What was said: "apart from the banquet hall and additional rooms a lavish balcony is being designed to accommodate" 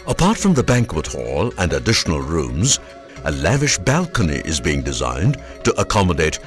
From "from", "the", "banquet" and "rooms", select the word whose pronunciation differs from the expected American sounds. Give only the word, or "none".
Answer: none